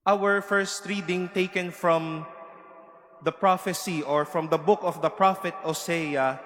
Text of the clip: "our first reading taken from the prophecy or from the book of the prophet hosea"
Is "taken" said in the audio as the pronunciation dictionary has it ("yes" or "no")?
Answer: yes